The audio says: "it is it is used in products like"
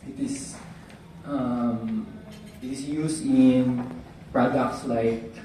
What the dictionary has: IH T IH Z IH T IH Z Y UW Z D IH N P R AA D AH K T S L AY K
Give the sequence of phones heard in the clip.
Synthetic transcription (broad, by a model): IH T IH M IH T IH S Y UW S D IH N P R AA D AH K T S L AY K